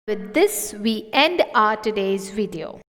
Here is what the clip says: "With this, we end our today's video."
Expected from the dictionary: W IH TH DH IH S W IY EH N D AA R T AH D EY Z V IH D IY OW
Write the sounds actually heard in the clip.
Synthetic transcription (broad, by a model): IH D IH S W IY EH N D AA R T AH D EY Z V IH D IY OW